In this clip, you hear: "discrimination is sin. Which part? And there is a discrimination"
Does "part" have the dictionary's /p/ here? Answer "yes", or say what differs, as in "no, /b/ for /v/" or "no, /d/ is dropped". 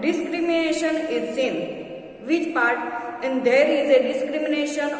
yes